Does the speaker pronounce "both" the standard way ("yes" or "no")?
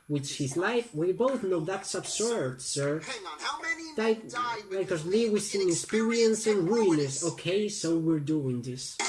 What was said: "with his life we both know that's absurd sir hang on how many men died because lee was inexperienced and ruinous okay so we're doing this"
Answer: yes